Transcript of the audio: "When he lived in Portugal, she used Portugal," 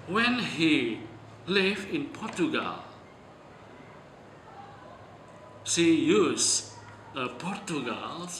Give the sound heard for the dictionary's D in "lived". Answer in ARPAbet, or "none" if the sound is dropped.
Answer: none